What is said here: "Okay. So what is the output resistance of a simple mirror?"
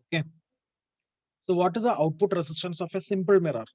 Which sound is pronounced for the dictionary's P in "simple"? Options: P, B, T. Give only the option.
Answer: P